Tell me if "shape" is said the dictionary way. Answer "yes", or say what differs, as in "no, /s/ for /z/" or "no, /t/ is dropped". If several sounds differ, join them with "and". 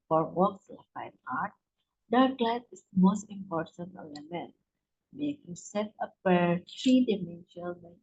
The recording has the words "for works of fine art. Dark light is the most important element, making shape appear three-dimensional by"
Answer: no, /s/ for /ʃ/